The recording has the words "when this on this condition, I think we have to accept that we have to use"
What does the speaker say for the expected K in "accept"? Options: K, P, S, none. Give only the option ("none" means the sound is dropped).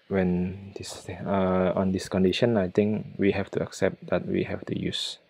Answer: K